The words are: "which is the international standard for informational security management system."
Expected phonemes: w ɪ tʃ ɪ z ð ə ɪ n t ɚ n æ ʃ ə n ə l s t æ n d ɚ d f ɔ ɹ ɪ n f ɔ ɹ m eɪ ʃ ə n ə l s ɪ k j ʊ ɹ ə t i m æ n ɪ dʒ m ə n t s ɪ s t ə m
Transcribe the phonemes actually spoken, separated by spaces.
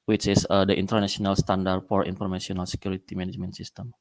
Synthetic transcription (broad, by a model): w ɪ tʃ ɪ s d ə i n t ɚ n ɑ s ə n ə l s t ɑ n d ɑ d f ɔ ɹ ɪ n f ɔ ɹ m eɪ s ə n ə l s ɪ k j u ɹ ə t i m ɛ n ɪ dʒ m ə n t s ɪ s t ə m